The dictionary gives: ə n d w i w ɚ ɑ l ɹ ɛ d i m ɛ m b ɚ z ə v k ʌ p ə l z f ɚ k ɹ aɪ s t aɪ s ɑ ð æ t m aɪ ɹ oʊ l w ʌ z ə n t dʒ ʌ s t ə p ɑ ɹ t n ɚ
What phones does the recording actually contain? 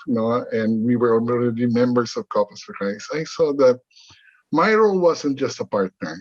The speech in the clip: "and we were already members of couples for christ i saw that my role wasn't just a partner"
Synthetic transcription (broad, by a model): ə n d w i w ɚ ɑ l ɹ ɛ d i m ɛ m b ɚ s ə v k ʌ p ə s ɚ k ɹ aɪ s aɪ s ɑ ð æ t m aɪ ɹ oʊ l w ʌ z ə n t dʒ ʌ s t ə p ɑ ɹ t n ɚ